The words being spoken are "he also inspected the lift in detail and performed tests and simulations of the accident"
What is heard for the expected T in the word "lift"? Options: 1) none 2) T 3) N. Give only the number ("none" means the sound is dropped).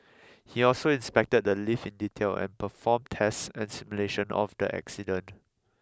1